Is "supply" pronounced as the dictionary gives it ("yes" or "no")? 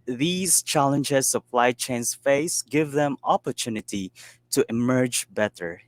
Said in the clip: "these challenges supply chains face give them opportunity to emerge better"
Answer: no